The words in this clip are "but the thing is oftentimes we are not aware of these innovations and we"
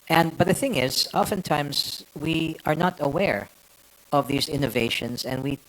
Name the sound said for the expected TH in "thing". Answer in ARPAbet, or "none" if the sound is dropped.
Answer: TH